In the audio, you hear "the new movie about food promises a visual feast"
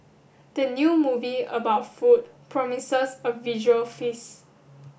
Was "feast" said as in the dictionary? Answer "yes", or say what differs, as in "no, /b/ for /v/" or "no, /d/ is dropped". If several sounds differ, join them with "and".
no, /t/ is dropped